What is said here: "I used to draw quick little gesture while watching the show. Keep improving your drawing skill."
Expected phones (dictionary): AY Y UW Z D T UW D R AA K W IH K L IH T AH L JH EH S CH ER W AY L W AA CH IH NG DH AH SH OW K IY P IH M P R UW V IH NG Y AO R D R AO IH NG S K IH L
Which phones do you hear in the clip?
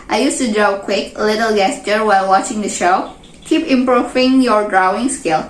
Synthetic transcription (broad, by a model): AY Y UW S T UW D R AA K W IH K L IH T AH L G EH S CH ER W AY L W AA CH IH NG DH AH SH OW K IY P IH M P R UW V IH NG Y AO R D R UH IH NG S K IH L